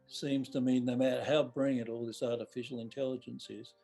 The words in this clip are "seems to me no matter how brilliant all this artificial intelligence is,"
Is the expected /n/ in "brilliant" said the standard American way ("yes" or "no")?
no